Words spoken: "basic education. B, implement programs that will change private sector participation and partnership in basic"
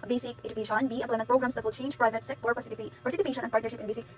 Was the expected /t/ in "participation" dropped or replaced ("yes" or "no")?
yes